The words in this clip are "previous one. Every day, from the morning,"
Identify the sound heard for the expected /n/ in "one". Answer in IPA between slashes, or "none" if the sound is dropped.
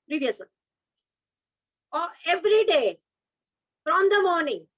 none